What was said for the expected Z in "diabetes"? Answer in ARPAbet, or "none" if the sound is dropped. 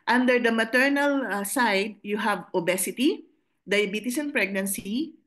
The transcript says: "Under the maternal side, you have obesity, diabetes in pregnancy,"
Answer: S